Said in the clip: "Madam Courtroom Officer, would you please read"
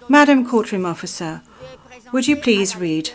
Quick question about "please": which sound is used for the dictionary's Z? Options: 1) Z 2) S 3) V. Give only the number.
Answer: 1